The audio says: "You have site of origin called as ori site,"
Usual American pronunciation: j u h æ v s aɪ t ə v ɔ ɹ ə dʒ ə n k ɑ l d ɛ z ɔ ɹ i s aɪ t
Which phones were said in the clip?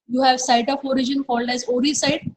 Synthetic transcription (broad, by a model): j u h æ v s aɪ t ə f ɔ ɹ ə dʒ ə n k ɑ l d ɛ z ɔ ɹ i s aɪ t